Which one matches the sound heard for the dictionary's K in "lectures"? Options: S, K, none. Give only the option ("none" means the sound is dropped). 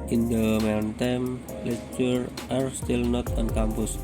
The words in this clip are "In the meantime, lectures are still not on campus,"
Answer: none